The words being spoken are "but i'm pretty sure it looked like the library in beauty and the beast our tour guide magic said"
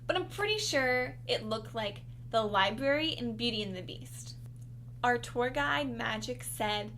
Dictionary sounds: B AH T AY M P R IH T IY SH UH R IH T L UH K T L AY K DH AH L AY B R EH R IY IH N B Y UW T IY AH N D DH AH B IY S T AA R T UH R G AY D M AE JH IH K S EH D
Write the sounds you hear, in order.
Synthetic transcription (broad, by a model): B AH T AY M P R IH T IY SH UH R IH T L UH K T L AY K DH AH L AY B R EH R IY IH N B Y UW T IY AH N DH AH B IY S T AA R T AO R G AY D M AE JH IH K S EH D